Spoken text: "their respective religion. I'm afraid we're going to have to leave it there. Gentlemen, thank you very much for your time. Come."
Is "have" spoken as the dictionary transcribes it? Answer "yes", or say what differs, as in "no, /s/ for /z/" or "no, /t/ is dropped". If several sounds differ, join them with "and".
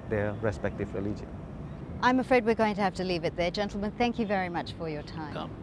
no, /f/ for /v/